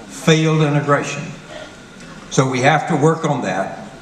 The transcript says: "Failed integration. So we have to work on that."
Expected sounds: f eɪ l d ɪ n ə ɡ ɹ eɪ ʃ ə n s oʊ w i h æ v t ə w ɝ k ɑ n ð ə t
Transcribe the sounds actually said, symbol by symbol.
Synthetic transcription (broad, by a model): f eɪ l d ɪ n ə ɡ ɹ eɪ ʃ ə n s oʊ w i h æ f t ə w ɝ k n ð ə t